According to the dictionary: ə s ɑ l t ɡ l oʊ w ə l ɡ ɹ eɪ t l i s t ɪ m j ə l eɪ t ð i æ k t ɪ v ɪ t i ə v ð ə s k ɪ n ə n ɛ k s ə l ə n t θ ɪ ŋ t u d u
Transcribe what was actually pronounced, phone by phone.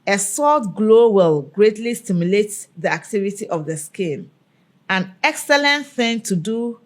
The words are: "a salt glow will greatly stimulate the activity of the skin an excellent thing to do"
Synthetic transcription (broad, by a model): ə s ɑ t ɡ l oʊ w ə l ɡ ɹ eɪ t l i s t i m j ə l eɪ t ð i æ k t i v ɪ t i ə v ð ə s k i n ə n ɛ k s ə l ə n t θ ɪ ŋ t u d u